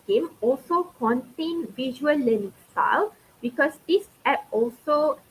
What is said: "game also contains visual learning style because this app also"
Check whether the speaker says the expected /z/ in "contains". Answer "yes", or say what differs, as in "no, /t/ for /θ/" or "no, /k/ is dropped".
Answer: no, /z/ is dropped